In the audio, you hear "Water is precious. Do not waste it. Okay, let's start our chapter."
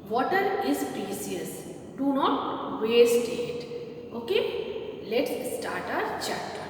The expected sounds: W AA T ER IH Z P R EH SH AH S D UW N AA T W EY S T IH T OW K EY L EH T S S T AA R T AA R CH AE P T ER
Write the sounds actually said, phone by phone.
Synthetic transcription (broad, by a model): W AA T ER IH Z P R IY S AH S D UW N AA T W EY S T IH T OW K EY L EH T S S T AA R T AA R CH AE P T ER